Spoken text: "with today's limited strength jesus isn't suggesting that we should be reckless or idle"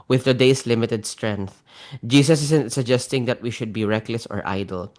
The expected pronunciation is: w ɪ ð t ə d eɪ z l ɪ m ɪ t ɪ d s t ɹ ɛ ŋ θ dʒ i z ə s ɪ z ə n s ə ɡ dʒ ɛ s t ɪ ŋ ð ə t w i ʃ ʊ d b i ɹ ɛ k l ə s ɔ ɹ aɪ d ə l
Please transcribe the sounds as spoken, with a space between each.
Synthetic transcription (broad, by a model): w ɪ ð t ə d eɪ s l ɪ m ɪ t ɪ d s t ɹ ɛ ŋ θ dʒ i s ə s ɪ s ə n s ə ɡ dʒ ɛ s t ɪ ŋ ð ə t w i ʃ ʊ d b i ɹ ɛ k l ə s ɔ ɹ aɪ d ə l